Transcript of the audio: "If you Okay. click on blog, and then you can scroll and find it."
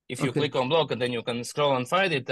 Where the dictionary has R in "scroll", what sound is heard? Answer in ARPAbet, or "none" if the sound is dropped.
R